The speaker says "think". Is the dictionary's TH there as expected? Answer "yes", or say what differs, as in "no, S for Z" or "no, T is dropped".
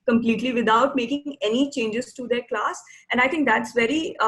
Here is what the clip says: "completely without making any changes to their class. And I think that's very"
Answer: no, T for TH